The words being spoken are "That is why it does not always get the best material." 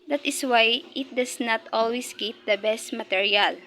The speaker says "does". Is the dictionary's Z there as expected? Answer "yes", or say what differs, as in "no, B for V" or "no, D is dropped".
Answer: no, S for Z